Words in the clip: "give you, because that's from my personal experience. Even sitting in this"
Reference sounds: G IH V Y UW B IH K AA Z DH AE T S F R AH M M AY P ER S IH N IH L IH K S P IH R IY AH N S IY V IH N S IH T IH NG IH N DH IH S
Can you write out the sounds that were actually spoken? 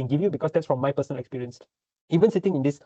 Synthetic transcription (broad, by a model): G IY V Y UW B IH K AA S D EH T S F R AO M M AY P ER S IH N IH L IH K S P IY R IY AH N S IY V IH N S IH T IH NG IH N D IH S